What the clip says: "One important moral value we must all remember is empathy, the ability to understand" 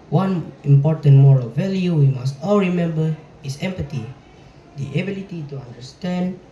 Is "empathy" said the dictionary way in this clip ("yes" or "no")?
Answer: no